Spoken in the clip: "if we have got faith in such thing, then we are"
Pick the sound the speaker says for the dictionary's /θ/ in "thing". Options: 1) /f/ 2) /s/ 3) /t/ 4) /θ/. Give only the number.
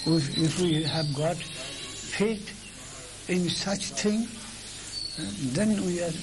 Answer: 3